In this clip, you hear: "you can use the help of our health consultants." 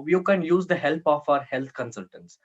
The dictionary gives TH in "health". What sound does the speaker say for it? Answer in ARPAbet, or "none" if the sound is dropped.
T